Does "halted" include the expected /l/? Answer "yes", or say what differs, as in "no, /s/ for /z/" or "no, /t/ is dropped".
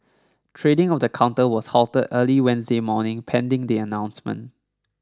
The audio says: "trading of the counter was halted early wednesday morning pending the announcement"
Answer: yes